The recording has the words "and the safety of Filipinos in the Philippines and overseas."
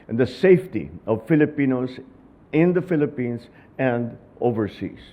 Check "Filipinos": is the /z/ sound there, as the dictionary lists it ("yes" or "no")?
no